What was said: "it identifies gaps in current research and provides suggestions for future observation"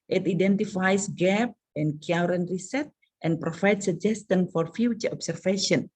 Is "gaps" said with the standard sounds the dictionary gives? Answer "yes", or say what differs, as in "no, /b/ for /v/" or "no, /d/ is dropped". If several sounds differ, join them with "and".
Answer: no, /s/ is dropped